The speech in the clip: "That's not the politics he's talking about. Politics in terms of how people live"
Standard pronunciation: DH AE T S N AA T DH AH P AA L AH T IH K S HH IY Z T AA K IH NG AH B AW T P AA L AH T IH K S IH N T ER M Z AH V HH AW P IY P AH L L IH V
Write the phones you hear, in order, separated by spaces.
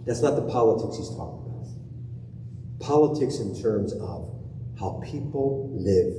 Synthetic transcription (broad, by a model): DH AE T S N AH T DH AH P AA L AH T IH K S HH IY Z T AA K IH NG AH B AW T P AA L AH T IH K S IH N T ER M Z AH V HH AW P IY P L L IH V